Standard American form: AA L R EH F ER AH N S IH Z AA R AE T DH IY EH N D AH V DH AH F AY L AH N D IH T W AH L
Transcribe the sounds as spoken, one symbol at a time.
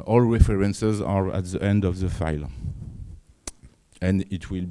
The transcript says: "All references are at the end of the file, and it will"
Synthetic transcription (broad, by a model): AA L R EH F ER AH N S IH Z AA R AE T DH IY EH N D AH V DH AH F AY L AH N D IH T W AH L